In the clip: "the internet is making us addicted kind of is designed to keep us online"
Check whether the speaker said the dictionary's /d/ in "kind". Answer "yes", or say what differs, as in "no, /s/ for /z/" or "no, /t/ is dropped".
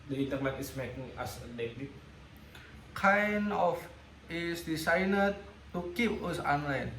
no, /d/ is dropped